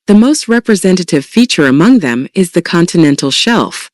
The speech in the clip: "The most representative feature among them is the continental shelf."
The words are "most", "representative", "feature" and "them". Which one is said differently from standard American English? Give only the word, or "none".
none